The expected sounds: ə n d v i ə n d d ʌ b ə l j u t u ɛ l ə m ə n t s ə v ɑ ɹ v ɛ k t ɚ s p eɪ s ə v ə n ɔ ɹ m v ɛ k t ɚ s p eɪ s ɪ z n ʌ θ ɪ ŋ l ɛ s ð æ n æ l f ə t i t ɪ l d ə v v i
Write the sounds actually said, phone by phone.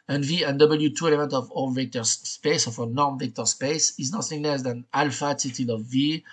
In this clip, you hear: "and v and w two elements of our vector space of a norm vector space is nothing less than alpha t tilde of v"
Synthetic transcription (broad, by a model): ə n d v i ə n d d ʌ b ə l j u t u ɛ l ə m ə n t ə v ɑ l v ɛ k t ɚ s p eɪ s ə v ə n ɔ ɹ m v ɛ k t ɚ s p eɪ s ɪ z n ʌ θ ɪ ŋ l ɛ s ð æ n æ l f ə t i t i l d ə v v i